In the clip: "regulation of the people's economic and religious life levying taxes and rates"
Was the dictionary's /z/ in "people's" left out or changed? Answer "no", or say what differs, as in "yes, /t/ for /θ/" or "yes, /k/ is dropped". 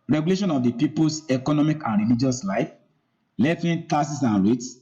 yes, /s/ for /z/